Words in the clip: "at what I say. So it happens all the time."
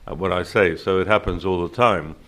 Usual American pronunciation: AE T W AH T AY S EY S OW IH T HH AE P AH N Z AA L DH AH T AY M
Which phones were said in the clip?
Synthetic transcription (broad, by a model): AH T W AH T AY S EY S OW IH T HH AE P AH N Z AA L DH AH T AY M